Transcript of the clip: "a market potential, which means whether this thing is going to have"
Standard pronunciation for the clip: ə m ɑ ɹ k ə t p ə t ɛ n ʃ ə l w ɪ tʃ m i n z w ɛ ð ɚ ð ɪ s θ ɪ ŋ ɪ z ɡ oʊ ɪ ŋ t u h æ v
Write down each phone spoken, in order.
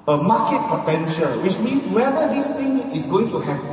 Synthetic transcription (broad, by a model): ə m ɑ k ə t p ə t ɛ n ʃ ə l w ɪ tʃ m i n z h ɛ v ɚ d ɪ s t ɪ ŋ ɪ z ɡ oʊ ɪ ŋ t u h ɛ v